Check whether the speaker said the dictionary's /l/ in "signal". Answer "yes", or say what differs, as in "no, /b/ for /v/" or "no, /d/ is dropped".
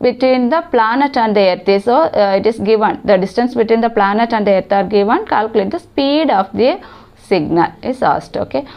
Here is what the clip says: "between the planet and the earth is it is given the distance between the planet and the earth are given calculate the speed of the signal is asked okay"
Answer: yes